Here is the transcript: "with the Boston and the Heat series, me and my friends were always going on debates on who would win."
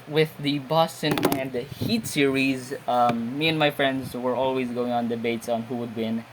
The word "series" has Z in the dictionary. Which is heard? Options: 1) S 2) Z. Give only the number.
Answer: 2